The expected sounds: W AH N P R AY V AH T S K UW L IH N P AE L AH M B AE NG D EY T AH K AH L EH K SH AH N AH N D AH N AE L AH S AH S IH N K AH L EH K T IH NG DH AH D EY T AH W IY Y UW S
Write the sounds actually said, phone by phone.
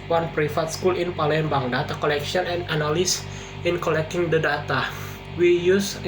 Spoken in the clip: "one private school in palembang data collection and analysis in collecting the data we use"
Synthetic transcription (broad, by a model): W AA N P R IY F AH T S K UW L IH N P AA L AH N B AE NG D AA T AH K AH L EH K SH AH N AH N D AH N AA L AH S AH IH N K AH L EH K T IH NG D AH D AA T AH W IY Y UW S